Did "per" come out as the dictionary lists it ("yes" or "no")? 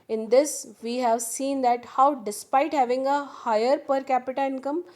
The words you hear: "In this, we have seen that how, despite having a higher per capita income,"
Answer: yes